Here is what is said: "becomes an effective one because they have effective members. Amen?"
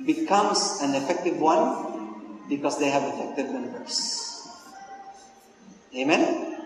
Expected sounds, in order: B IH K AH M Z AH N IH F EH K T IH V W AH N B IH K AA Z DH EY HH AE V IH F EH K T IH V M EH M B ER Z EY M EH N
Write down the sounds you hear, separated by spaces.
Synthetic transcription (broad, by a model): B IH K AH M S AH N IH F EH K T IH V W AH N B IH K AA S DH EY HH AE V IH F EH K T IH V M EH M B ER S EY M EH N